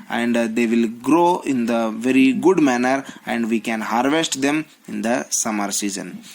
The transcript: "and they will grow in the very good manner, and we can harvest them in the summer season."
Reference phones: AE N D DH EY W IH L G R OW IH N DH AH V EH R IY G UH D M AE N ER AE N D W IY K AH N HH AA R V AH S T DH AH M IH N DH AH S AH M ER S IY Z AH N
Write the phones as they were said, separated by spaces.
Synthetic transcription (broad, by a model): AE N D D EY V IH L G R OW IH N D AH V EH R IY G UH D M AE N ER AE N D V IY K AH N HH AA R V AH S T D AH M IH N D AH S AH M ER S IY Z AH N